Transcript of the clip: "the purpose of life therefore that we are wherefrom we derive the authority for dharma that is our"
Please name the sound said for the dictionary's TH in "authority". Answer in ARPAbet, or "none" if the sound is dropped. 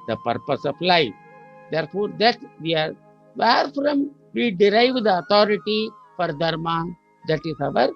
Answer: T